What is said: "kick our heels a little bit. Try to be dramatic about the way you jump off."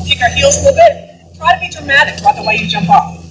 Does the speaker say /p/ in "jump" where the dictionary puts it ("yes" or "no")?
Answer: yes